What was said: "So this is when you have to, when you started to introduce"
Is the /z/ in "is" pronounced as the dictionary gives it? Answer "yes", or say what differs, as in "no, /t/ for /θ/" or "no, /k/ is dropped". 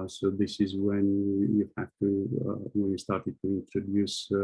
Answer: yes